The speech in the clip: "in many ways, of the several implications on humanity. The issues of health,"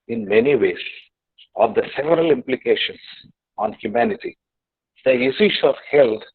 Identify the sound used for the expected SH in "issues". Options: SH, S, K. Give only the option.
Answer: S